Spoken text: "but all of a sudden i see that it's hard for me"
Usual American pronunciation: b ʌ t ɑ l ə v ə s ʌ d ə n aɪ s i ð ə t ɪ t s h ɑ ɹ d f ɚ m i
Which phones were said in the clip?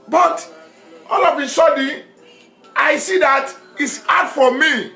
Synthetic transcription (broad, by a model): b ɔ t ɑ l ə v ə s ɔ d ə aɪ s i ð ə t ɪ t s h ɑ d f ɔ m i